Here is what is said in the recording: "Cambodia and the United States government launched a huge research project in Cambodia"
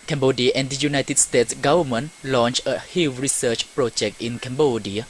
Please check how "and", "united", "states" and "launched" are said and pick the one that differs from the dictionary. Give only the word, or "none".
launched